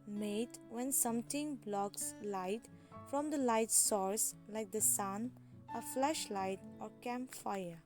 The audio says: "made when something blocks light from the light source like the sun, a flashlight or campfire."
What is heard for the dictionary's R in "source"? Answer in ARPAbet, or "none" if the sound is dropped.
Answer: R